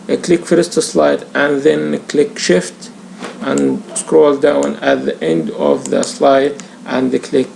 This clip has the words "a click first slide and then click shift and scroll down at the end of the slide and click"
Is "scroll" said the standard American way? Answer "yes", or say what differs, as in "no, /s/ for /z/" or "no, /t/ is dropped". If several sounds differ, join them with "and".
yes